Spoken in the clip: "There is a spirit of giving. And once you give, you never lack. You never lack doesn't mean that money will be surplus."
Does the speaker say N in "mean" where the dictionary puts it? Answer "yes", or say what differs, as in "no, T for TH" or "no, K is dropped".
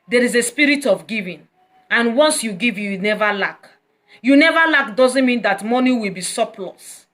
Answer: yes